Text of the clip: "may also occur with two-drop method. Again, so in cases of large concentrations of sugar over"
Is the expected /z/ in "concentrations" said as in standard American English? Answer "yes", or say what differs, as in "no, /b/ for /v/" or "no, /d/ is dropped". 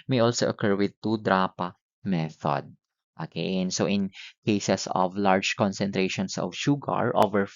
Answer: no, /s/ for /z/